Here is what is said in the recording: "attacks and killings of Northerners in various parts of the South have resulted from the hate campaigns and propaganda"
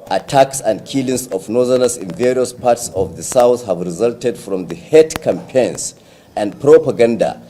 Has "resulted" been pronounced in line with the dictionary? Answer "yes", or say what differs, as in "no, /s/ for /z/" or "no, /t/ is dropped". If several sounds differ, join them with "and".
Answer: yes